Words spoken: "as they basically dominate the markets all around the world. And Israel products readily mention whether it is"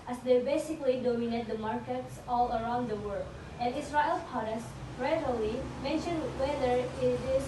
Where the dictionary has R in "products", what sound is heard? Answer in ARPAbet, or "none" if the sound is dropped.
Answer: none